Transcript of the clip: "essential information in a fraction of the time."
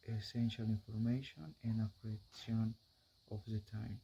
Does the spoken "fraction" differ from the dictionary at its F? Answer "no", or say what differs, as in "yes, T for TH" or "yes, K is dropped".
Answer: yes, P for F